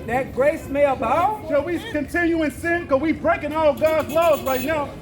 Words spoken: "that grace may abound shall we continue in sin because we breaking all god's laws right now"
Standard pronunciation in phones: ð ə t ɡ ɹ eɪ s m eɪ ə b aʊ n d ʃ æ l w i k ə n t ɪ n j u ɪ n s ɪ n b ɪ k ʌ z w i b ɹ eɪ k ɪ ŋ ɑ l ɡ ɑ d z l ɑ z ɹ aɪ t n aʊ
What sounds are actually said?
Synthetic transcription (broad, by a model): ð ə t ɡ ɹ eɪ s m eɪ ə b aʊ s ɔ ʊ w i k ə n t ɪ n j u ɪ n s ɪ n k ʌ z w i b ɹ eɪ k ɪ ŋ ɑ l ɡ ɑ d z l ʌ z ɹ aɪ t n aʊ